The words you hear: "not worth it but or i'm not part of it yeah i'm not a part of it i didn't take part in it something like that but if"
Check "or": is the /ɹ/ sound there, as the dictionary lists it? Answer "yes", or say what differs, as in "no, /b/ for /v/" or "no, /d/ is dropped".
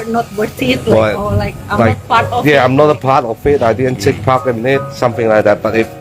no, /l/ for /ɹ/